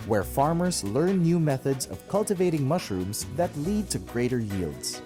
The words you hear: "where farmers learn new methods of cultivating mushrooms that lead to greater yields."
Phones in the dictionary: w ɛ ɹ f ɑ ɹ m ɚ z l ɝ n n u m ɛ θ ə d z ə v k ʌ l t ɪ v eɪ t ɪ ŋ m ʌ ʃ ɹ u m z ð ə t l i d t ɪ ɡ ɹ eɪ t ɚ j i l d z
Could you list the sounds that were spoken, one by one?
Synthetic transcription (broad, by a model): w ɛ ɹ f ɑ ɹ m ɚ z l ɝ n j u m ɛ θ ə d z ə v k ʌ l t ɪ v eɪ t ɪ ŋ m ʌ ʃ ɹ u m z ð ə t l i d t ɪ ɡ ɹ eɪ t ɚ j i l d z